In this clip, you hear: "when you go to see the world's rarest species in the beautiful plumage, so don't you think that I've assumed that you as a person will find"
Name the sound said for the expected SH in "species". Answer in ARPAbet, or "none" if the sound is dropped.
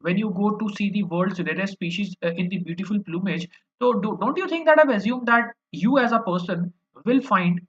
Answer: SH